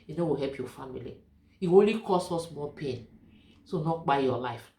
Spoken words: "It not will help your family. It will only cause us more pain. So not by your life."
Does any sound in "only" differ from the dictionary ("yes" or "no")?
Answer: yes